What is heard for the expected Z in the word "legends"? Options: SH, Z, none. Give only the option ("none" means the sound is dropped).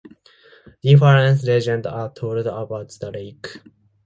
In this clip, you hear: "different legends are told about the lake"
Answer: none